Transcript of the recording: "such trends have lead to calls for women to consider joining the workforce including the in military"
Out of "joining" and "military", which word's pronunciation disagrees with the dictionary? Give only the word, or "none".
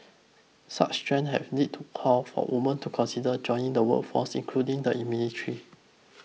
military